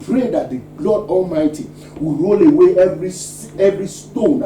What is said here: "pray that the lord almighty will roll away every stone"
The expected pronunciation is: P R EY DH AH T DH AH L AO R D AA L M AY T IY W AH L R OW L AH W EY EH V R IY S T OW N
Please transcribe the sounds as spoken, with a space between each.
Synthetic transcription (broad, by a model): P R EY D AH T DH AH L AO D AA L M AY T IY W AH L R OW L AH W EY EH V R IY S T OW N